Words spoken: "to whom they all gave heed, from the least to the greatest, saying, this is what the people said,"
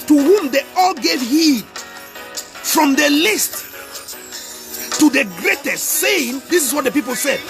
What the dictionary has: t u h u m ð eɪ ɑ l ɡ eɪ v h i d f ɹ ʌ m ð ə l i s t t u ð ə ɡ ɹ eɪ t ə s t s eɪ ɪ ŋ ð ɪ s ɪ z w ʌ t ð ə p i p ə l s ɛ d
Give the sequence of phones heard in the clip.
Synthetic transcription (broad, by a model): t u h u m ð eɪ ɑ l ɡ eɪ v h i d f ɹ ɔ m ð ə l i s t t u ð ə ɡ ɹ eɪ t ə s t s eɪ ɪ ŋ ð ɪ s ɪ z w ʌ t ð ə p i p ə l s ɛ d